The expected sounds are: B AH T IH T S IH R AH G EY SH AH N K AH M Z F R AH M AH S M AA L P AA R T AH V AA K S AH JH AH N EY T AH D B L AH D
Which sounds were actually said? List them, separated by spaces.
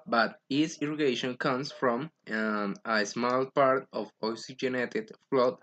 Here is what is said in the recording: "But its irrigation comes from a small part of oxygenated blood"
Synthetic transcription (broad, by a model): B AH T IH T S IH R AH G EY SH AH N K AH M S F R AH M AH S M AA L P AA R T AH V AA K S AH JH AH N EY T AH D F L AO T